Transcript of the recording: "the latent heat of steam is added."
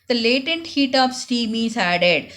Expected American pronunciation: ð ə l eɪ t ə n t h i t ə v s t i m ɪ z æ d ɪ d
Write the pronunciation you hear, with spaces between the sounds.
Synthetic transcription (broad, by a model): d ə l eɪ t ə n t h i t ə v s t i m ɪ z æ d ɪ d